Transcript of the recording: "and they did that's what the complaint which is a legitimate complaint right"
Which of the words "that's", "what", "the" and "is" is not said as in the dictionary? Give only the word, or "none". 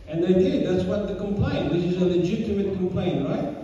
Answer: none